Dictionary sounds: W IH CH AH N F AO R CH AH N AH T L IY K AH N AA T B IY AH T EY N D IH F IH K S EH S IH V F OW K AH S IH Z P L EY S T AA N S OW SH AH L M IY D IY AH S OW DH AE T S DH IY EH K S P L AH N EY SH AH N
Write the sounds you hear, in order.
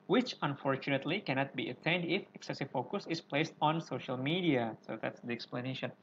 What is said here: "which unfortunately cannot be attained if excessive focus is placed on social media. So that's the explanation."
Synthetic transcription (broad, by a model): W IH CH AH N F AO R CH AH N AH T L IY K AH N AA T B IY AH T EY N D IH F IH K S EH S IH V F OW K AH S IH S P L EY S T AA N S OW SH AH L M IY D IY AH S OW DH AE T S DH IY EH K S P L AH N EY SH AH N